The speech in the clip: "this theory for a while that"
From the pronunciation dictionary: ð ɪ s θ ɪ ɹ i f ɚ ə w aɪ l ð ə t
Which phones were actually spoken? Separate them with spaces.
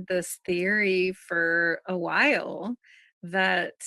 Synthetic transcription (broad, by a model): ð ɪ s θ ɪ ɹ i f ɚ ə w aɪ l ð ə t